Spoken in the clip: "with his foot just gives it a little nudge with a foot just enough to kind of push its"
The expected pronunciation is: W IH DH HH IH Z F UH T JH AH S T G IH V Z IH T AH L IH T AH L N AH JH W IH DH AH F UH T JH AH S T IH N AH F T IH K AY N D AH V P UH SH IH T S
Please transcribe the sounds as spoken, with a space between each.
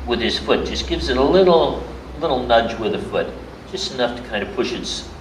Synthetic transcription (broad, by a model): W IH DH IH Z F UH T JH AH S G IH V Z IH T AH L IH T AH L N AH JH W IH DH AH F UH T JH AH S T IH N AH F T IH K AY N D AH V P UH SH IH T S